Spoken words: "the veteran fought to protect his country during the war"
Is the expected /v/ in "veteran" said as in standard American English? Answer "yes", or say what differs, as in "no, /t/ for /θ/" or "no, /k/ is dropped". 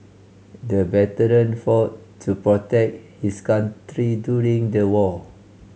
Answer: no, /b/ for /v/